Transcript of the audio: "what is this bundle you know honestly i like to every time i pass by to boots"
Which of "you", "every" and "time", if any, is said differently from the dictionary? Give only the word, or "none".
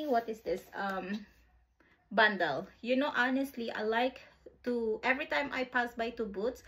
none